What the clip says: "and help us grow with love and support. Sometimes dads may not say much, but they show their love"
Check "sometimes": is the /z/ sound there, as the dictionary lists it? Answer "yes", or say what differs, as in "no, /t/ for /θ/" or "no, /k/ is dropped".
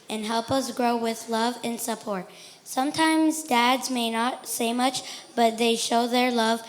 yes